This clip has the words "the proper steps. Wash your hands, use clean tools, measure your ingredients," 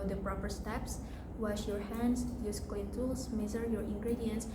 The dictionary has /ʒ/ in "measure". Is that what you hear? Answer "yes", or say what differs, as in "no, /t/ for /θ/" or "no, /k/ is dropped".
no, /z/ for /ʒ/